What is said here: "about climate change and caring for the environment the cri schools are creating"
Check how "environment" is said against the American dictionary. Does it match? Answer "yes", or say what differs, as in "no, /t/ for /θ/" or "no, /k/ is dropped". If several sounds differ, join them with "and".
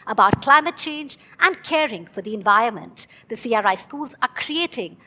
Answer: yes